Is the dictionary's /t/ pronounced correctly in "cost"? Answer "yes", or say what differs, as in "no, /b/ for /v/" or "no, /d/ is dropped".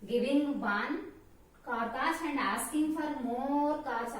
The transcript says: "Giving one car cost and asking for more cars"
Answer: no, /t/ is dropped